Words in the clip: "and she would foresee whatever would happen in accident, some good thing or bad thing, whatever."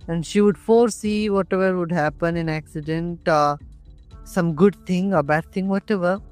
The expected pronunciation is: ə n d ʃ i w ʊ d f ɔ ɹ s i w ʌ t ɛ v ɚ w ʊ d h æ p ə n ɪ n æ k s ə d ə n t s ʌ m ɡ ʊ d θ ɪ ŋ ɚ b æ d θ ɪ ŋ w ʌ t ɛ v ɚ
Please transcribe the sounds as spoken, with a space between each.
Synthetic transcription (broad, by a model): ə n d ʃ i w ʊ d f ɔ ɹ s i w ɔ t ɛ v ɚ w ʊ d h æ p ə n ɪ n æ k s ə d ə n t s ʌ m ɡ ʊ d t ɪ ŋ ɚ b æ d t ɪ ŋ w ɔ t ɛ v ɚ